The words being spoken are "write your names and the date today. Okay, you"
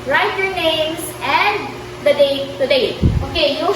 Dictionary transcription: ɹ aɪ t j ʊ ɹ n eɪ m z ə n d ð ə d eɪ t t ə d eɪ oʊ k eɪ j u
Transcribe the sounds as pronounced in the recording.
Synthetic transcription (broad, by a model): ɹ aɪ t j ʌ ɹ n eɪ m s ə n d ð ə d eɪ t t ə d eɪ oʊ k eɪ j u